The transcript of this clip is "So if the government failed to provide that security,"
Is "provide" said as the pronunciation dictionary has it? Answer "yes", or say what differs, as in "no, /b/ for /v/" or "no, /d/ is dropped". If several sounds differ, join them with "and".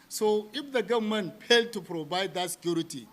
no, /b/ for /v/